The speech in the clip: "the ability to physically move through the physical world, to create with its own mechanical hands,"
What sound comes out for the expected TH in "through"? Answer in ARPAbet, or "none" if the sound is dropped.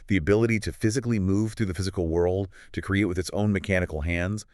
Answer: TH